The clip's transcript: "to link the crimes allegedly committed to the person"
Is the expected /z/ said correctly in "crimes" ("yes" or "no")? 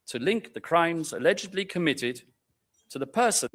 yes